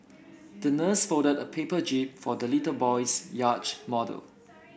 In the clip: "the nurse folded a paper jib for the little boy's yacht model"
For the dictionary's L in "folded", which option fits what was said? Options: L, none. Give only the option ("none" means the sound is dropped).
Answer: none